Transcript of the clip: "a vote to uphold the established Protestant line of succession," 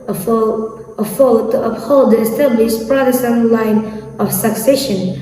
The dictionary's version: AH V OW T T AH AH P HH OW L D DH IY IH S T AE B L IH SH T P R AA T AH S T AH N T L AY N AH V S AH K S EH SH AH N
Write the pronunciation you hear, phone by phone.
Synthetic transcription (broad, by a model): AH F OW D T AH AH P HH OW L D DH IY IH S T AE B L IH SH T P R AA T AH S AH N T L AY N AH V S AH K S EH SH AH N